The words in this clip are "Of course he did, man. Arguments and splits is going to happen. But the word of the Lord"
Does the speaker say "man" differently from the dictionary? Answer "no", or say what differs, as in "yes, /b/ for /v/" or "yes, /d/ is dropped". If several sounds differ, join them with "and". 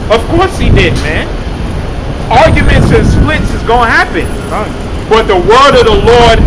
no